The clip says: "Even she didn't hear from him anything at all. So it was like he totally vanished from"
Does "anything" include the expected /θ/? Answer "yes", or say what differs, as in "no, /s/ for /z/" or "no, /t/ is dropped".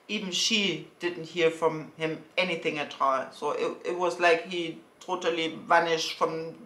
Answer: yes